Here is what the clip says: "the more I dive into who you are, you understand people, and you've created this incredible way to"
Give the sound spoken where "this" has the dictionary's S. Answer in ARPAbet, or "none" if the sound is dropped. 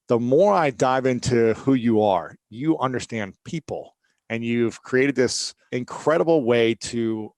S